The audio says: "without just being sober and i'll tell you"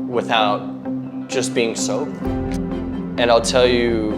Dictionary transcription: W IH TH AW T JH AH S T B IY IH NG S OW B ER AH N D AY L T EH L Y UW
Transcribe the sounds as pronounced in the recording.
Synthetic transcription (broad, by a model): W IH TH AW T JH AH S B IY IH NG S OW UH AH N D AY L T EH L Y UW